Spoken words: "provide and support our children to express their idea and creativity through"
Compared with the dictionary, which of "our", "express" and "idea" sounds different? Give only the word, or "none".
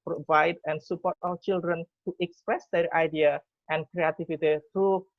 our